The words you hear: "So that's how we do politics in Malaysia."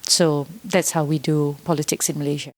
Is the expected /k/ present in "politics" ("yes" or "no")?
yes